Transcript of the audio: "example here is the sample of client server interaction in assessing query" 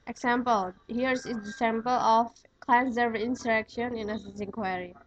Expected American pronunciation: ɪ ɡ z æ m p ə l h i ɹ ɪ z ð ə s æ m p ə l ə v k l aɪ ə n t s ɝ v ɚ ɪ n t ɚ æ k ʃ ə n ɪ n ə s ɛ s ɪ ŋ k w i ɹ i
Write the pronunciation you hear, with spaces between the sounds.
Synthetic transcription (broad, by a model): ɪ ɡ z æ m p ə l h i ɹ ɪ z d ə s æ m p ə l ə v k l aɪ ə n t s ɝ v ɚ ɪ n s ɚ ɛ k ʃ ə n ɪ n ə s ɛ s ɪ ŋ k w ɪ ɹ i